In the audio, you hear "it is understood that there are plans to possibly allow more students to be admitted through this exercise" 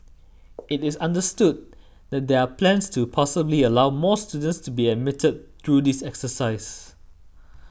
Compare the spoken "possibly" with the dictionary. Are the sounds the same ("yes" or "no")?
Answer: yes